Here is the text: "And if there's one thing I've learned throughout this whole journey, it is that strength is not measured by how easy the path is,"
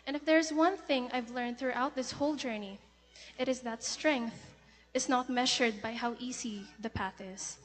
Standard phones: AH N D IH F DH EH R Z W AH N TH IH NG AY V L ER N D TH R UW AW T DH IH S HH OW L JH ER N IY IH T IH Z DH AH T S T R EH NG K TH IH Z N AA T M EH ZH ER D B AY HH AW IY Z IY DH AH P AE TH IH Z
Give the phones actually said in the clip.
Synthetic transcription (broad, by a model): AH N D IH F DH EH R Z W AH N TH IH NG AY V L ER N D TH R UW AW T DH IH S HH OW L JH ER N IY IH T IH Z DH AH T S T R EH NG K TH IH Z N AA T M EH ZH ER D B AY HH AW IY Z IY DH AH P AE TH IH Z